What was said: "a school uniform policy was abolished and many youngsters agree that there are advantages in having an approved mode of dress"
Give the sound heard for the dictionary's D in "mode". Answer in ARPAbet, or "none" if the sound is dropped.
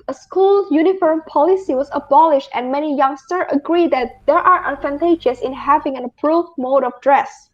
D